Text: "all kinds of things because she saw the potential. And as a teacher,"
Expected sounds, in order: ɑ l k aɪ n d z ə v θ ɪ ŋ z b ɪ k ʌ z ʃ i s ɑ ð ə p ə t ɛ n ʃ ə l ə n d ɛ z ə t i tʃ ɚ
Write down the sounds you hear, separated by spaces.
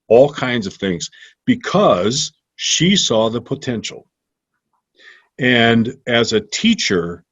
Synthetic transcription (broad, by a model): ɑ l k aɪ n d z ə v θ ɪ ŋ z b ɪ k ʌ z ʃ i s ɑ ð ə p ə t ɛ n ʃ l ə n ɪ z ə t i tʃ ɚ